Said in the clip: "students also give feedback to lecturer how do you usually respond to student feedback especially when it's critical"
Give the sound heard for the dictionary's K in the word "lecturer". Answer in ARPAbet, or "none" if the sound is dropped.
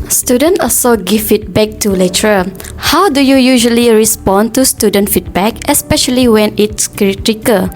none